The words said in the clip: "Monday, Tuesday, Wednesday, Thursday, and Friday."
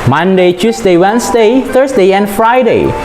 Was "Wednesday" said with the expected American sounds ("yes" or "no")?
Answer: no